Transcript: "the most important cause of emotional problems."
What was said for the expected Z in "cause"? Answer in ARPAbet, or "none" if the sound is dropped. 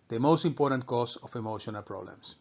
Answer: S